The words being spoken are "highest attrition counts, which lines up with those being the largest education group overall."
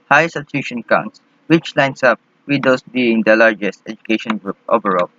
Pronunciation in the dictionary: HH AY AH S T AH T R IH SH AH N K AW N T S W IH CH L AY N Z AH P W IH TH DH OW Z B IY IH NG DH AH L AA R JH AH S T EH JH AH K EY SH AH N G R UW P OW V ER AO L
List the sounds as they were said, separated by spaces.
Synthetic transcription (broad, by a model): HH AY S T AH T IH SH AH N K AW N T S W IH CH L AY N S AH P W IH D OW S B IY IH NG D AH L AA R JH AH S T EH JH AH K EY SH AH N G R UW P OW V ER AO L